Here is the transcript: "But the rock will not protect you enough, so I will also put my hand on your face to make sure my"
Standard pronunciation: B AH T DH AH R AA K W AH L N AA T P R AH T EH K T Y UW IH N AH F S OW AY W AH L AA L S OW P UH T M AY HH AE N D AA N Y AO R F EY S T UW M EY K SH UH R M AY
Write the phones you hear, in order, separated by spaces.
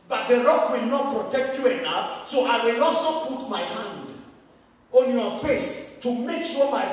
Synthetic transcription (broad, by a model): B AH T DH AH R AA K W AH L N AA T P R AH T EH K T Y UW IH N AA P S OW AY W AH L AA S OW P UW T M AY HH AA N D AA N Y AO F EY S T UW M EY K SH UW M AY